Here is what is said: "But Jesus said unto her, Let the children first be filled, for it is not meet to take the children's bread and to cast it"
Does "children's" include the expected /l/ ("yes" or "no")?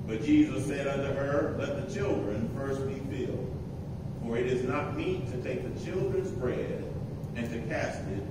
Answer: yes